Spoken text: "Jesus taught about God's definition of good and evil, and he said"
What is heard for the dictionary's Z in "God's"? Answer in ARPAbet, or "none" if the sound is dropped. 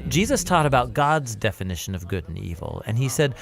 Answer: Z